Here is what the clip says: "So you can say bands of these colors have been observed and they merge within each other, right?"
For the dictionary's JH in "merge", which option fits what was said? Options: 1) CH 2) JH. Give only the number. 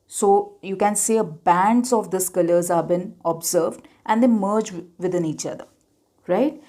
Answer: 2